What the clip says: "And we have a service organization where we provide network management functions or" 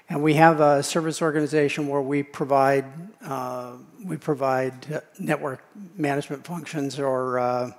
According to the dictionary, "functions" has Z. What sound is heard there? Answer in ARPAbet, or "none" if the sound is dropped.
Z